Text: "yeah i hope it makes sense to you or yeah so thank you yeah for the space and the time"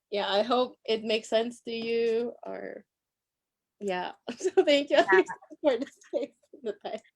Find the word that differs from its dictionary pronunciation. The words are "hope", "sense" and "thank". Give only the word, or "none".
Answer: none